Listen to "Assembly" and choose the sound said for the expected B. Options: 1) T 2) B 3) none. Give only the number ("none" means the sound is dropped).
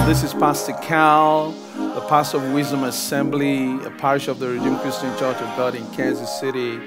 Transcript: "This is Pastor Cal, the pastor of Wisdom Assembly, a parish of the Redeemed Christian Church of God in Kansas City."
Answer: 2